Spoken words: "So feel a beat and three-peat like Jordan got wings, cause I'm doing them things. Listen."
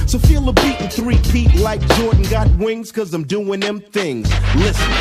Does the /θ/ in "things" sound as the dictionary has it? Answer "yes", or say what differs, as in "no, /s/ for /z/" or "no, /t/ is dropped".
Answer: yes